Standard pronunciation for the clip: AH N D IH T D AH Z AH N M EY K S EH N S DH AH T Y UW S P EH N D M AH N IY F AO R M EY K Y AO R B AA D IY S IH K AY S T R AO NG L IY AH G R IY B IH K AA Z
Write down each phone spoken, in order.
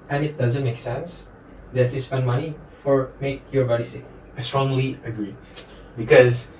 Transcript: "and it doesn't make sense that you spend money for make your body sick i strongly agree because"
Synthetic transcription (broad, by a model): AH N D IH T D AH Z AH N M EY K S EH N S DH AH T Y UW S P EH N D M AH N IY F AO R M EY K Y AO R B AA D IY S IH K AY S T R AO NG L IY AH G R IY B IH K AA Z